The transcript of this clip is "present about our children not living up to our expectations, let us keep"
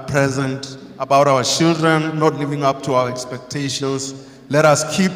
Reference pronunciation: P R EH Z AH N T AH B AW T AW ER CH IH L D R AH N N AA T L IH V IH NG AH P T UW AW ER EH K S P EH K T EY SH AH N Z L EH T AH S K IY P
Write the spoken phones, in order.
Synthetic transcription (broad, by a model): P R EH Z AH N T AH B AW T AW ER CH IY L D R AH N N AA T L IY V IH NG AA P T UW AW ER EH K S P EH K T EY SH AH N S L EH T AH S K IY P